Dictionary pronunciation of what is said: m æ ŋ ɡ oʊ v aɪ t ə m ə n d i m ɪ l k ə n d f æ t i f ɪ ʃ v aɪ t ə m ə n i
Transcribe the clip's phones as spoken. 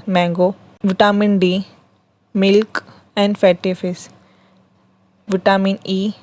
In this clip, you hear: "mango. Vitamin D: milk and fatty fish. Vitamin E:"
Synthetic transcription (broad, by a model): m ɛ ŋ ɡ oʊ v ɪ t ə m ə n d i m ɪ l k ə n d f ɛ t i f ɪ s v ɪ t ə m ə n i